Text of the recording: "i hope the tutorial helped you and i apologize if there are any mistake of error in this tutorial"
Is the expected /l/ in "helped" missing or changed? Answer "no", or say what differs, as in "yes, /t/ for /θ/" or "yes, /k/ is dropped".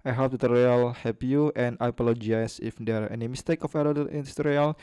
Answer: yes, /l/ is dropped